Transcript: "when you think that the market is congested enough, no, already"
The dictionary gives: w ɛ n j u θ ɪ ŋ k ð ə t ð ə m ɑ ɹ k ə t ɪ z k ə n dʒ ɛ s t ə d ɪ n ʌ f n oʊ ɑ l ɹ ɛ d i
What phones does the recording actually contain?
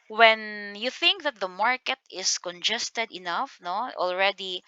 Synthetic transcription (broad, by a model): w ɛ n j u θ ɪ ŋ k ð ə t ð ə m ɑ ɹ k ə t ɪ s k ə n dʒ ɛ s t ə d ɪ n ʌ f n oʊ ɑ l ɹ ɛ d i